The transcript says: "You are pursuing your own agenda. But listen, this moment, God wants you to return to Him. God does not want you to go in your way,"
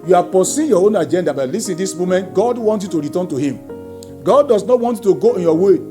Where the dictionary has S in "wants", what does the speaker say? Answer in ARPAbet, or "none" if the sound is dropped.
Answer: none